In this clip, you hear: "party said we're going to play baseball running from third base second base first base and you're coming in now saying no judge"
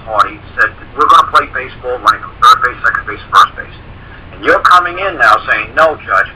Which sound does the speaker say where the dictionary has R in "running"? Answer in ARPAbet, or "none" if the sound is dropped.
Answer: L